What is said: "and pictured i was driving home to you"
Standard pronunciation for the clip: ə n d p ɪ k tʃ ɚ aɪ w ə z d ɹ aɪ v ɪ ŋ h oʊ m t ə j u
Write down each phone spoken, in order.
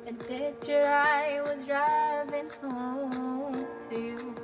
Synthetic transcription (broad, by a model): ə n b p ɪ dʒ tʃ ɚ aɪ w ə z d ɹ aɪ v ɪ ŋ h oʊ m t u